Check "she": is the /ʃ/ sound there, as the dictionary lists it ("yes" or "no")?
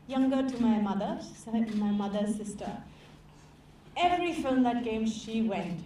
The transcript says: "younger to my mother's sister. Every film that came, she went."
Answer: yes